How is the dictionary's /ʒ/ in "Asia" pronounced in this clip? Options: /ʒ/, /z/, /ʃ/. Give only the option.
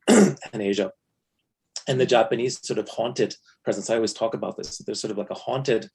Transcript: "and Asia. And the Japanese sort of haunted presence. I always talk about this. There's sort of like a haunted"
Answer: /ʒ/